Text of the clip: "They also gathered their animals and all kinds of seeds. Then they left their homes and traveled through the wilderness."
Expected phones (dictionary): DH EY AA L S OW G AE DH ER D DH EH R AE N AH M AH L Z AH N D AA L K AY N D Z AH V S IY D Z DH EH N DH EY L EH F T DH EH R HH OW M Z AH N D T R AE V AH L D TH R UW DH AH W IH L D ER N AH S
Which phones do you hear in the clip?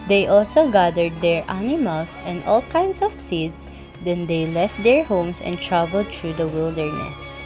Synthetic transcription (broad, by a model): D EY AA L S OW G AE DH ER D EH R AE N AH M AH L S AH N D AA L K AY N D S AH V S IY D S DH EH N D EY L EH F T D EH R HH OW M S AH N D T R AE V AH L D T R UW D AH W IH L D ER N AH S